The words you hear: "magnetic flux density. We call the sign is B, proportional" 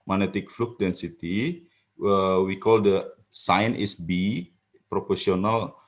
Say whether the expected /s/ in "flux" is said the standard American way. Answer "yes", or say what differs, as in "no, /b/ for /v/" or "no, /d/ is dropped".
no, /s/ is dropped